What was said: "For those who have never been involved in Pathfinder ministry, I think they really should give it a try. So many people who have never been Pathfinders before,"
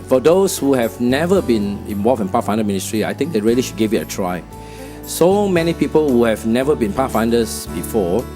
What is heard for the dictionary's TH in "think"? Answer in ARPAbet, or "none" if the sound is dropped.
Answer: T